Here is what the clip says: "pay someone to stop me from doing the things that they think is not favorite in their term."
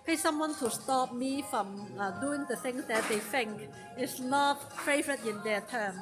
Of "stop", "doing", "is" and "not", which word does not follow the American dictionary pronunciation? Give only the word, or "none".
is